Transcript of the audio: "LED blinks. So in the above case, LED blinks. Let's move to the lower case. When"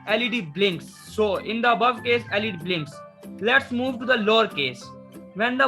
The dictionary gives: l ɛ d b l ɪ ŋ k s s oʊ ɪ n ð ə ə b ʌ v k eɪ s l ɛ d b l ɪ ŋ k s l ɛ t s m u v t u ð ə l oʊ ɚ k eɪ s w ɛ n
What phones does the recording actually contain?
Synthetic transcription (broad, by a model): l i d b l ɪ ŋ k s s oʊ ɪ n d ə ə b ʌ v k eɪ s l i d b l ɪ ŋ k s l ɛ t s m u v t u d ə l oʊ ɚ k eɪ s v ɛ n